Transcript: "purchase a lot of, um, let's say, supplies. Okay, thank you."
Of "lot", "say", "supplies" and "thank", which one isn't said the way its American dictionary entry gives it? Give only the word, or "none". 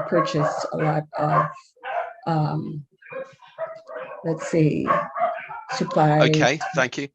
supplies